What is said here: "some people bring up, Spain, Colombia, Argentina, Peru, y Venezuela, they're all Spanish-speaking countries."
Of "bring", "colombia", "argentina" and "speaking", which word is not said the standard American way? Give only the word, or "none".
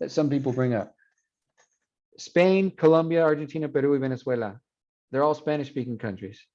none